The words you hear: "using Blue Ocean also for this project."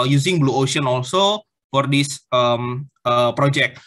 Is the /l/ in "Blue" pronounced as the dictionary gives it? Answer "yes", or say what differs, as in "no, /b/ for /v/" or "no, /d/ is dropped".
yes